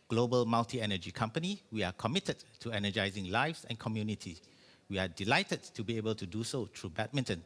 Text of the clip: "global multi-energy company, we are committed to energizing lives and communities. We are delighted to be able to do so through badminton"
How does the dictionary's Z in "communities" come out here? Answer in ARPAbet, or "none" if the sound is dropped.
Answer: none